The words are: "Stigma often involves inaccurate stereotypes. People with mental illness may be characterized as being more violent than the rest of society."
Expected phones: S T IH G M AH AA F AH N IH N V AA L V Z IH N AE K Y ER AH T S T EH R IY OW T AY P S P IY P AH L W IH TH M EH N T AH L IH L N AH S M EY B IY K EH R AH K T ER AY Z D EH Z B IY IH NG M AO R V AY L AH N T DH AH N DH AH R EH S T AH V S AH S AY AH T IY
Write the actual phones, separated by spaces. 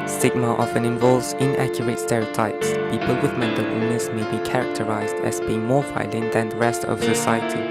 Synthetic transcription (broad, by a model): S T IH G M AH AA F AH N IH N V AA L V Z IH N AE K Y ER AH T S T EH R IY OW T AY P S P IY P AH L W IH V M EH N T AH W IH N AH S M EY B IY K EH R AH K T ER AY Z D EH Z B IY IH NG M AO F AY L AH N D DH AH N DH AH R EH S T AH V S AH S AY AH T IY